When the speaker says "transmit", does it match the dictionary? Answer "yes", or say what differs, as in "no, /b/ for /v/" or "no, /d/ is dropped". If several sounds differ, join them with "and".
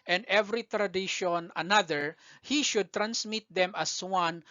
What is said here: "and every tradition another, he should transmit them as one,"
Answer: no, /s/ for /z/